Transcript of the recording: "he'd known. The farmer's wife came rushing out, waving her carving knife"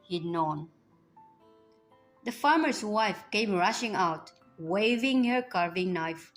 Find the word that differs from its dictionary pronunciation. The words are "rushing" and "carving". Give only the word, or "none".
none